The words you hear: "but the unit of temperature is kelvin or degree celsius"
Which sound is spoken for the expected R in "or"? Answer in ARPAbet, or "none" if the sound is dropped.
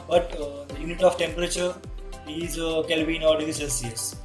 L